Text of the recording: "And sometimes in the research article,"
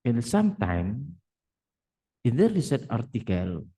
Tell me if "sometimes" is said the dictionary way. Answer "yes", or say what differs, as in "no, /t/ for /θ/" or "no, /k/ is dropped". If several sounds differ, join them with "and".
no, /z/ is dropped